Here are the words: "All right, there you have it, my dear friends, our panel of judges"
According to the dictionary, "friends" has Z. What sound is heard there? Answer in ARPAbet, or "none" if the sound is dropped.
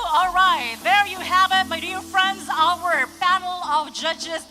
Z